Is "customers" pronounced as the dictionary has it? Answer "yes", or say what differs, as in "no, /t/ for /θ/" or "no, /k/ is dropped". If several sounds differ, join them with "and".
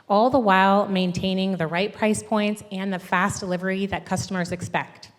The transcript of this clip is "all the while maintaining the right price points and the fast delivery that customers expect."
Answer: yes